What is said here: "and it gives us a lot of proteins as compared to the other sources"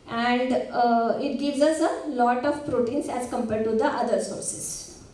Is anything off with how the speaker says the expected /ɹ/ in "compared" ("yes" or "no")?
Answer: yes